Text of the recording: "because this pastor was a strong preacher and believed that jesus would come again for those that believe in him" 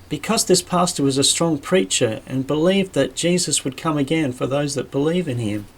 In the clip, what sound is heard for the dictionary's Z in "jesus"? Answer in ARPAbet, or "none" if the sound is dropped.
Z